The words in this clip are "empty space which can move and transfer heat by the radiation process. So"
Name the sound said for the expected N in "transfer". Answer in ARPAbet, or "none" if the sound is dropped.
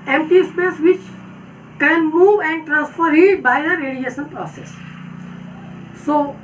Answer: N